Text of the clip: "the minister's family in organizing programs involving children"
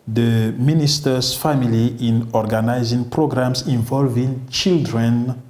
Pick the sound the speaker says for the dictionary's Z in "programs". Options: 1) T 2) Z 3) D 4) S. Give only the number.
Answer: 4